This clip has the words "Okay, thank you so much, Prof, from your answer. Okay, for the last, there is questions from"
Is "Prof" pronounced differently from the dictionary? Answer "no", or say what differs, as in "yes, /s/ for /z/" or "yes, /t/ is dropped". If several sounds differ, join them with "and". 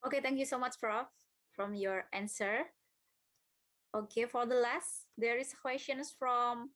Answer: yes, /f/ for /p/